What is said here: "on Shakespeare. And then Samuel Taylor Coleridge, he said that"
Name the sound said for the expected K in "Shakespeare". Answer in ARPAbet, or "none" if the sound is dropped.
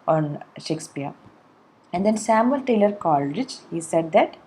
K